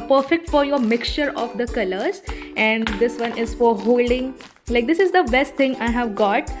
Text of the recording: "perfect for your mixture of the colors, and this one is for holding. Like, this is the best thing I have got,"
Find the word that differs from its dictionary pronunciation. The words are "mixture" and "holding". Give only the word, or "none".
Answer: none